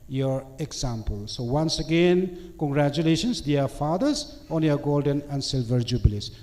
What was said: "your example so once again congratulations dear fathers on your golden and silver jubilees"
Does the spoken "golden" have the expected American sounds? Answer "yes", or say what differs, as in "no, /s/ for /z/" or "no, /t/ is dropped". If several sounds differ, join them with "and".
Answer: yes